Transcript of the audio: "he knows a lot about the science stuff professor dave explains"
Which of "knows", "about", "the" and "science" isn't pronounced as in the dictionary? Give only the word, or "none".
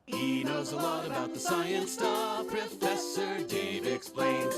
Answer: none